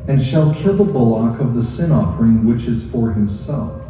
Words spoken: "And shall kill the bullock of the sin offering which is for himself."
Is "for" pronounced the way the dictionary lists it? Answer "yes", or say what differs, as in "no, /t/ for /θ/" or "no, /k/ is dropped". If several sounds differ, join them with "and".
yes